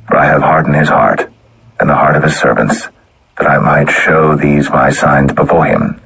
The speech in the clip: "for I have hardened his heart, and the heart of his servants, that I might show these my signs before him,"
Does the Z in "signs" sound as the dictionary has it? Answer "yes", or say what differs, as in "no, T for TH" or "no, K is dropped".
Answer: yes